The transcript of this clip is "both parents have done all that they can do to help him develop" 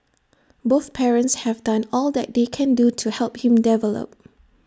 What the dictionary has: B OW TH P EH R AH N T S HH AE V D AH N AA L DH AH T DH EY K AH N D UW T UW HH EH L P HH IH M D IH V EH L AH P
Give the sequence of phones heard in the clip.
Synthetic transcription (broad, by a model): B OW TH P EH R AH N T S HH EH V D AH N AA L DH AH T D EY K AH N D UW T UW HH EH L P HH IH M D IH V EH L AH P